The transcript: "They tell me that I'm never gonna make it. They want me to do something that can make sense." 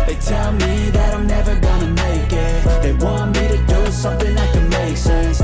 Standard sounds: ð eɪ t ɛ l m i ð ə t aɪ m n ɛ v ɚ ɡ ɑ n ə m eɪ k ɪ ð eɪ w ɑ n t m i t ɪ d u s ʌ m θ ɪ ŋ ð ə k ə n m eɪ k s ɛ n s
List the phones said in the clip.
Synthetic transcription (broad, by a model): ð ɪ t ɛ l m i ð ə t aɪ m n ɛ v ɚ ɡ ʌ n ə m eɪ k ɪ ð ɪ w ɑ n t m i t ɪ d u s ʌ m θ ɪ ŋ ð ə k ə n m eɪ k s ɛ n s